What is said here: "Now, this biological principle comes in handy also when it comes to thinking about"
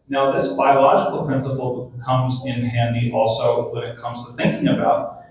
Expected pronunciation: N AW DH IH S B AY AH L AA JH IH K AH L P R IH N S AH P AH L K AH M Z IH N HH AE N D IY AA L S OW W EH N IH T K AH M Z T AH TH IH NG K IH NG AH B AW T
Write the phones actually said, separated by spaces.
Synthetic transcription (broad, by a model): N AW DH IH S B AY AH L AA JH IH K L P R IH N S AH P L K AH M Z IH N HH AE N D IY AA L S OW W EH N IH T K AH M Z T AH TH IH NG K IH NG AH B AW T